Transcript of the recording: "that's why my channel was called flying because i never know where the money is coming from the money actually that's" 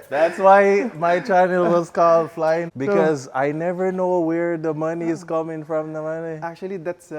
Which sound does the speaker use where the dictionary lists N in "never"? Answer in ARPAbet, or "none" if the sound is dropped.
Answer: N